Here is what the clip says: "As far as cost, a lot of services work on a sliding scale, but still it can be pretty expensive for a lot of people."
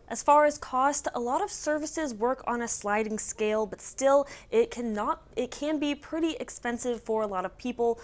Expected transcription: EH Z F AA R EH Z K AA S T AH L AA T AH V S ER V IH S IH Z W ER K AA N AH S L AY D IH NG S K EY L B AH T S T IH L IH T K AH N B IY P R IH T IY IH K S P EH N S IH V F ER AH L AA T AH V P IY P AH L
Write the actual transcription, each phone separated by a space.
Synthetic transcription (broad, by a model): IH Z F AA R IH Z K AA S T AH L AA T AH V S ER V IH S IH Z W ER K N AH S L AY D IH NG S K EY L B AH T S T IH L IH T K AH N B IY P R IH T IY IH K S P EH N S IH V F ER AH L AA T AH V P IY P L